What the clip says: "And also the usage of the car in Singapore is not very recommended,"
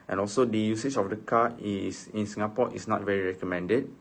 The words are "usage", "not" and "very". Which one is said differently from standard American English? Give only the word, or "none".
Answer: usage